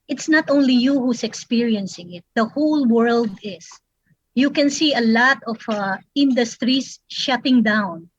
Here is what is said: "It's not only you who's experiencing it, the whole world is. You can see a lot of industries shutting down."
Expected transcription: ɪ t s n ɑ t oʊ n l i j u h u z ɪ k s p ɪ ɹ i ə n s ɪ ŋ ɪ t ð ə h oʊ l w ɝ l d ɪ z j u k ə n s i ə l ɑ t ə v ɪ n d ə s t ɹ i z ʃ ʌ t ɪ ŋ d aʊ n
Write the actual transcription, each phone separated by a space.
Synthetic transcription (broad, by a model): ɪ t s n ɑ t oʊ n l i j u h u s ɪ k s p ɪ ɹ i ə n s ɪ ŋ ɪ t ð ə h oʊ l w ɝ l d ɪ s j u k ə n s i ə l ɑ t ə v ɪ n d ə s t ɹ i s ʃ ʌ t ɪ ŋ d aʊ n